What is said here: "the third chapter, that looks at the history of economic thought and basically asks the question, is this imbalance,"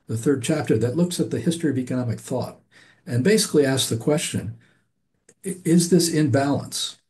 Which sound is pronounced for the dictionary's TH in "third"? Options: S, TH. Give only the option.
TH